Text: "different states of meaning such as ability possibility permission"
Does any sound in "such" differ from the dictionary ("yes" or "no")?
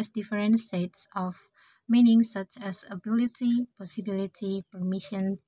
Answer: no